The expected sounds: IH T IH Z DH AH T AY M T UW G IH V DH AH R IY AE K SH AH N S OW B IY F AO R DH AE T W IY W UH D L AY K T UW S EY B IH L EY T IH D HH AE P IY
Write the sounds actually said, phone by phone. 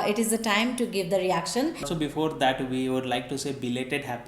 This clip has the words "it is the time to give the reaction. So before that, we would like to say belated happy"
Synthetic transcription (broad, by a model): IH T IH Z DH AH T AY M T UW G IH V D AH R IY AE K SH AH N S OW B IY F AO R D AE T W IY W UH D L AY K T UW S EY B IH L EY T IH D HH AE P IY